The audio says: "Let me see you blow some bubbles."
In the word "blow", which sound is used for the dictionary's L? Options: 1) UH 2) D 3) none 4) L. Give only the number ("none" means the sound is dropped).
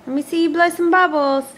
4